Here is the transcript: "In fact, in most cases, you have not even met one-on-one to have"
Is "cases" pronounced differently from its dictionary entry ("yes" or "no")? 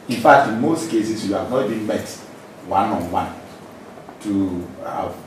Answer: yes